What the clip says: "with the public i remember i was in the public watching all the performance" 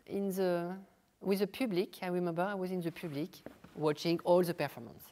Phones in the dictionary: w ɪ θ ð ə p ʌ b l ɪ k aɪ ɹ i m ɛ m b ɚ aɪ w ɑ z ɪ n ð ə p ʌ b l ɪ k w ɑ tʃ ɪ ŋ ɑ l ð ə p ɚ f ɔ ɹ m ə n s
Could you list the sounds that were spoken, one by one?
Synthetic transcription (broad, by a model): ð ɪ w ð ə p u b l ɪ k aɪ ɹ i m ɛ m b ɚ aɪ w ɑ z ɪ n ð ə p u b l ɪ k w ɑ tʃ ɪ ŋ ɑ l ð ə p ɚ f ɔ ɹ m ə n s